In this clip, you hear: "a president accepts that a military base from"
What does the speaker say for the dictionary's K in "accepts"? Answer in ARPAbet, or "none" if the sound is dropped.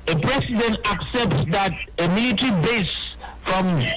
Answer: K